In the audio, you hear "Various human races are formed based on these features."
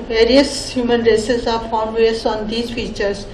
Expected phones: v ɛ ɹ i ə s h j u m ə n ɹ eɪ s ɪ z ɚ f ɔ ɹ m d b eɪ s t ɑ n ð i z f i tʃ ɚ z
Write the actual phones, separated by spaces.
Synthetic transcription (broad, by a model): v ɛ ɹ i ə s h j u m ə n ɹ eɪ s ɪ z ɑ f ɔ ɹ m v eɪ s ɑ n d i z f i tʃ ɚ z